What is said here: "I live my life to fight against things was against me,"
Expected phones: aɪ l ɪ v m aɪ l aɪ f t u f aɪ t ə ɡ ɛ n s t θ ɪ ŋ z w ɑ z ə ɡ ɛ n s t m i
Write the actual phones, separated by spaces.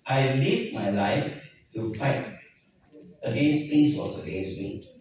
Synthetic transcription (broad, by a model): aɪ l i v m aɪ l aɪ f t u f aɪ t ə ɡ ɛ n s t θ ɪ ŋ s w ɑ s ə ɡ ɛ n s t m i